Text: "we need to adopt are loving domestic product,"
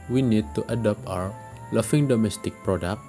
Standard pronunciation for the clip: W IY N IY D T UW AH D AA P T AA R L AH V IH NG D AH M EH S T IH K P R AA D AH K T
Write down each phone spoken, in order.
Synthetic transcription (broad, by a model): W IY N IY D T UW AH D AA P T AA W L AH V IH NG D AH M EH S T IH K P R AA D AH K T